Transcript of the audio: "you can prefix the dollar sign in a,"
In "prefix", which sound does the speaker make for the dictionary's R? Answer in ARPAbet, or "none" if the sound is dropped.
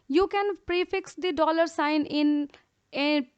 R